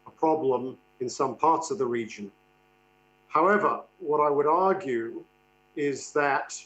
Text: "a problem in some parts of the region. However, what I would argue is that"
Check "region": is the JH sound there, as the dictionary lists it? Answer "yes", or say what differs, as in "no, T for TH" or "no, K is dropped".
yes